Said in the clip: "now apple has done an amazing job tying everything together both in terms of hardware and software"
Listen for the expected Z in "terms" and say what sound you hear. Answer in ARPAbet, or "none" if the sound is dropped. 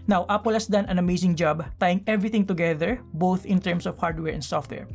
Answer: S